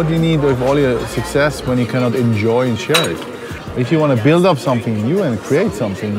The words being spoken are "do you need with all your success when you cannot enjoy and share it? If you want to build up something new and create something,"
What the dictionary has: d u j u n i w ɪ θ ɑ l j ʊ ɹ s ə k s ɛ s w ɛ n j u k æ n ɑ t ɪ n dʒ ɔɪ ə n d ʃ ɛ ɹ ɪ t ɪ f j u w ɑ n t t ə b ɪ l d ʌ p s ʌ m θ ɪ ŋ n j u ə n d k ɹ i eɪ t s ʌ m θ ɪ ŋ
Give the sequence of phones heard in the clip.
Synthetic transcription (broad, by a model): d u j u n i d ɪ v ɑ l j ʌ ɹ s ə k s ɛ s w ɛ n j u k æ n ɑ t ɪ n dʒ ɔɪ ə n ʃ ɛ ɹ ɪ t ɪ f j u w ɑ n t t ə b ɪ l d ʌ p s ʌ m θ ɪ ŋ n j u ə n k ɹ i eɪ t s ʌ m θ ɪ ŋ